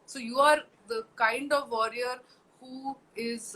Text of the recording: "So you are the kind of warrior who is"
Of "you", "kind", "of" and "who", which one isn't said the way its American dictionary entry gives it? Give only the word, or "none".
none